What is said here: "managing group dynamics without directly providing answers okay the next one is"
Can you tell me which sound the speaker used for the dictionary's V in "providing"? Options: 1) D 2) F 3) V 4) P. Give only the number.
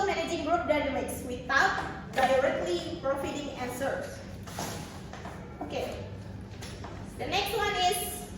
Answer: 2